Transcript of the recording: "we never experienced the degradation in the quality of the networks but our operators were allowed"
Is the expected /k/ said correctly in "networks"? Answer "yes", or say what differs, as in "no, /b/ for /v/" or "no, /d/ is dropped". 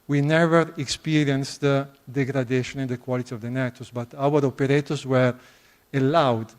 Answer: no, /k/ is dropped